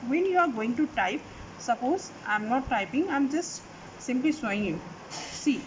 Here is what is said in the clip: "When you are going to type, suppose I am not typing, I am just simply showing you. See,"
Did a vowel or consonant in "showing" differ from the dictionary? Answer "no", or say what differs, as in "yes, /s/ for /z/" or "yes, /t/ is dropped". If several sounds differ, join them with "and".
yes, /s/ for /ʃ/